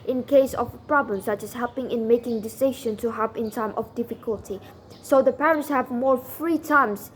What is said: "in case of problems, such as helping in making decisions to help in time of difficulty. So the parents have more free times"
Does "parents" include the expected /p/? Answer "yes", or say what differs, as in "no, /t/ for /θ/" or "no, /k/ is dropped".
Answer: yes